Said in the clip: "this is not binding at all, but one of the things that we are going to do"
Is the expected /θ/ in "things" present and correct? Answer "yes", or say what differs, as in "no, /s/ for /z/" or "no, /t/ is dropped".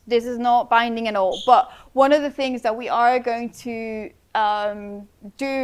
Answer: yes